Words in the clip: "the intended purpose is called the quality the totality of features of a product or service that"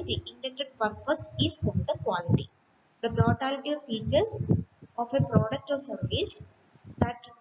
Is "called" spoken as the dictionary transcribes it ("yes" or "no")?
no